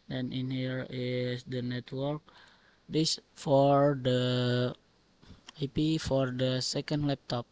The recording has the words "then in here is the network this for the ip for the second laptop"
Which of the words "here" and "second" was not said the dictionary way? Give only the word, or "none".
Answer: none